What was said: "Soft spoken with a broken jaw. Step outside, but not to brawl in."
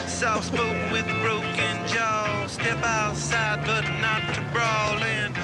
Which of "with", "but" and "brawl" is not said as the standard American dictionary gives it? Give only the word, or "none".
none